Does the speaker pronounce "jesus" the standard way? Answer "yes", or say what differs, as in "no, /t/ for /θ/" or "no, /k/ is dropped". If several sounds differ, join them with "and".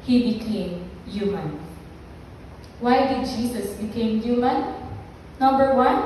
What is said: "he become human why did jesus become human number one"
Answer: no, /s/ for /z/